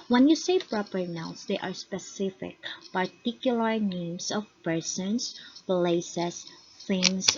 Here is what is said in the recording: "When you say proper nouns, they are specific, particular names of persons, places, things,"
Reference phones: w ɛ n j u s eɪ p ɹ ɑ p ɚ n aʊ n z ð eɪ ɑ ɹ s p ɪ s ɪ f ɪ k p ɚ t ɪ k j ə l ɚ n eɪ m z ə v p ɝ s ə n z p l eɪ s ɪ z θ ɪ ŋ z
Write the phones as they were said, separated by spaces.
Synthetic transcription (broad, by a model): w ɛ n j u s eɪ p ɹ ɑ p ɚ n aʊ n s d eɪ ɑ ɹ s p ɪ s ɪ f ɪ k p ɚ t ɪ k j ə l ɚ n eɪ m s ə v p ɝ s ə n s p l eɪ s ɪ s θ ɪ ŋ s